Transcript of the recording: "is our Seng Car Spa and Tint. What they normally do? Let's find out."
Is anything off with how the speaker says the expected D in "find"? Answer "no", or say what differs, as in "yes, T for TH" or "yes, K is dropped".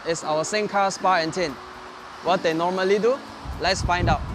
no